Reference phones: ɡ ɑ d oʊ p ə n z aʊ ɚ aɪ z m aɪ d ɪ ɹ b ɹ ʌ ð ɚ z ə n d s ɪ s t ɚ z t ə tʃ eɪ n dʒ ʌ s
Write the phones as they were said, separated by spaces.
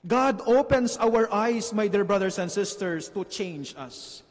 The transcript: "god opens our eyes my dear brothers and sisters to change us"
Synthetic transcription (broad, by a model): ɡ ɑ d oʊ p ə n s aʊ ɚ aɪ s m aɪ d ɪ ɹ b ɹ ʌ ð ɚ s ə n d s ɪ s t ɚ s t ə tʃ eɪ n dʒ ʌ s